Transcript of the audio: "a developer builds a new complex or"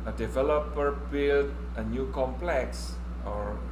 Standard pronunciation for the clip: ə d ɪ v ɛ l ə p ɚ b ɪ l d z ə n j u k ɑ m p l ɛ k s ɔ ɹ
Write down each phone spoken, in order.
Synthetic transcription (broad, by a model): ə d ɪ v ɛ l ə p ɚ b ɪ l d ə n j u k ɑ m p l ɛ k s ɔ ɹ